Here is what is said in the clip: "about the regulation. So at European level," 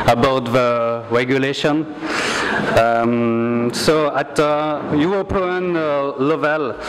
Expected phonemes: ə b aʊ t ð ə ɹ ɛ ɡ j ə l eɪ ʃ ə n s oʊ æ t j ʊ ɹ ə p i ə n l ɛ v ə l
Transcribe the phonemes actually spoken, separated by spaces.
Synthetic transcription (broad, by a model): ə b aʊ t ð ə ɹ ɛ ɡ j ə l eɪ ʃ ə n s oʊ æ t j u w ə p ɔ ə n l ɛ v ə l